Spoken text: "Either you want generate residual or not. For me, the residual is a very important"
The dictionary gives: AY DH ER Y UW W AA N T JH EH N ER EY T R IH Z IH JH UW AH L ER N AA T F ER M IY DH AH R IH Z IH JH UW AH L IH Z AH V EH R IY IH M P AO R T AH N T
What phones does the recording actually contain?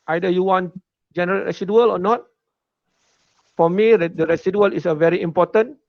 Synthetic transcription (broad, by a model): AY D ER Y UW W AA N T JH EH N ER EY T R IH S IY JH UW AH L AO N AA T F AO M IY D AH R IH S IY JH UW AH L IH S AH V EH R IY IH M P AO T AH N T